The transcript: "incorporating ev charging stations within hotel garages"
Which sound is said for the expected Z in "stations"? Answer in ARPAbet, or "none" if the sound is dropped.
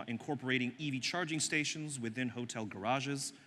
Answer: Z